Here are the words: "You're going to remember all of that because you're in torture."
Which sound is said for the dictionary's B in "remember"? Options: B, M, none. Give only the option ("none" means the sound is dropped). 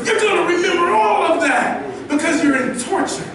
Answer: none